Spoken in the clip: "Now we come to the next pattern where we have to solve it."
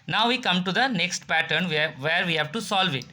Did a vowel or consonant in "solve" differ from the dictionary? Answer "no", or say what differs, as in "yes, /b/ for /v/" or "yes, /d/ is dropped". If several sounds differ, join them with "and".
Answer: no